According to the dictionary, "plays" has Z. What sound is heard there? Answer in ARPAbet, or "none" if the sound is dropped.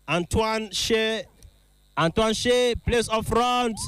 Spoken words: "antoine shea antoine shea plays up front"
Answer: S